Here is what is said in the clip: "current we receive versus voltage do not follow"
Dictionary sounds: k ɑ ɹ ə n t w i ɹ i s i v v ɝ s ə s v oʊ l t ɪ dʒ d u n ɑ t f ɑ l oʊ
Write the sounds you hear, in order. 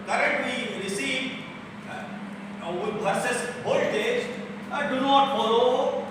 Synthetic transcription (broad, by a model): k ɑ ɹ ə n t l i ɹ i s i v w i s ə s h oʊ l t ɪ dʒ d u n ɑ t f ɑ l oʊ